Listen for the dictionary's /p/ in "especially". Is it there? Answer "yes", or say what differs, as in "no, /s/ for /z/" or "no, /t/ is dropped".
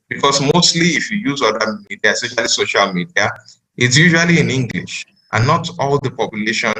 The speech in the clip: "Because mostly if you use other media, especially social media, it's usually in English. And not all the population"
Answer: no, /p/ is dropped